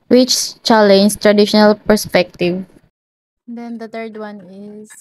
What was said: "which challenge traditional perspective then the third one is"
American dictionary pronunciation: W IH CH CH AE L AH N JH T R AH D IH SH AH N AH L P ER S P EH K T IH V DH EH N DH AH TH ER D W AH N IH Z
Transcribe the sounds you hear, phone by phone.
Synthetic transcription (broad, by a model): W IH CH CH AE L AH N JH T R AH D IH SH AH N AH L P ER S P EH K T IH V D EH N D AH T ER D W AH N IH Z